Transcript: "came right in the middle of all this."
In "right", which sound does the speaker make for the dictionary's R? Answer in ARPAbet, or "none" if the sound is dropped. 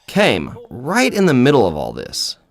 R